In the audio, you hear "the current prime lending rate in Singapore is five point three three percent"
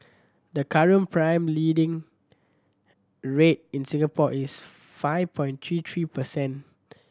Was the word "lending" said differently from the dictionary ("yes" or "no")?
yes